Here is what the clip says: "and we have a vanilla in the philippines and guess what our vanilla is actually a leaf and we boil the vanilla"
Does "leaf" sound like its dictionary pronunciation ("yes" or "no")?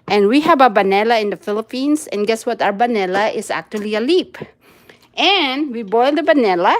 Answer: no